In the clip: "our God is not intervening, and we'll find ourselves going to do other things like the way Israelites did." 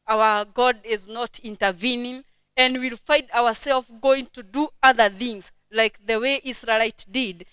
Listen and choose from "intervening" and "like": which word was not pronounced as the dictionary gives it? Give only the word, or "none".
none